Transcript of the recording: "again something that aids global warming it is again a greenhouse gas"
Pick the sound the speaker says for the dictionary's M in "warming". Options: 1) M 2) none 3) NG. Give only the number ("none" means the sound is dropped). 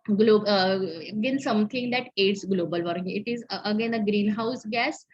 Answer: 2